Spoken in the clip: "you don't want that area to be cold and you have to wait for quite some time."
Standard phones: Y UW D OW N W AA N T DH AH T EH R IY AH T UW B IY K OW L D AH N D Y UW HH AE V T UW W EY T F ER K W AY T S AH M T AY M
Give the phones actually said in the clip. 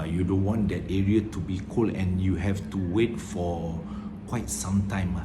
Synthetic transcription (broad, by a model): Y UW D OW N W AA N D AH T EH R IY AH T UW B IY K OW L AH N Y UW HH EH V T UW W EY T F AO K W AY T S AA M T AY M